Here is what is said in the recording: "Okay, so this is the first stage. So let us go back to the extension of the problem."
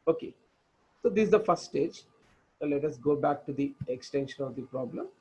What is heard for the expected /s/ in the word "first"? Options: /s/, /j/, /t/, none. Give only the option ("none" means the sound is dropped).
none